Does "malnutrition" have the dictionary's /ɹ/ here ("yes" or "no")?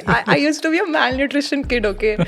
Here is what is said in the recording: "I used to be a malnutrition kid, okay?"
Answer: yes